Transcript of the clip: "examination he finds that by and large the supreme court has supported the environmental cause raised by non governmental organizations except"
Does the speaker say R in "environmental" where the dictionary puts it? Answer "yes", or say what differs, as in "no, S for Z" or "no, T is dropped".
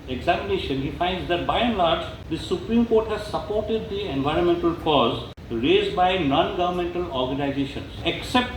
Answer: yes